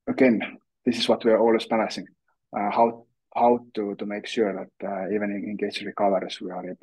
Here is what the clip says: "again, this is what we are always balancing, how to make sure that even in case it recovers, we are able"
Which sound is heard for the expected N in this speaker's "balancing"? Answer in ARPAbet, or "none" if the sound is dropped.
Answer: none